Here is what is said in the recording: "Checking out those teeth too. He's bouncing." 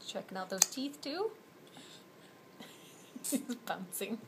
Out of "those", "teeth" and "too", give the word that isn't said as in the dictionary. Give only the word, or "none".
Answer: none